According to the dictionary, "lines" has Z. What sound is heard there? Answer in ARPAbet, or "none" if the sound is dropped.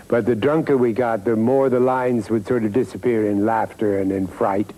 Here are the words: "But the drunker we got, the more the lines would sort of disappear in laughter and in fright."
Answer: Z